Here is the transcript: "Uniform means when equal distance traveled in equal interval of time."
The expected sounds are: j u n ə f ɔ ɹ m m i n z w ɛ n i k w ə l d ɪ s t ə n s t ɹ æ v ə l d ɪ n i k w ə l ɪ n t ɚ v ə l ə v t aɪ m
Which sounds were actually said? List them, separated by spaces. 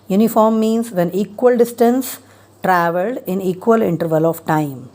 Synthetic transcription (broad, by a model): j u n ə f ɔ ɹ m m i n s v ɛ n i k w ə l d ɪ s t ə n s t ɹ æ v ə l d ɪ n i k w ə l ɪ n t ɚ v ə l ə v t aɪ m